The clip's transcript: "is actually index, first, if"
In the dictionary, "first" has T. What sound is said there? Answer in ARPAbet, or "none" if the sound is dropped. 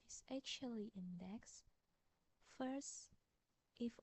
T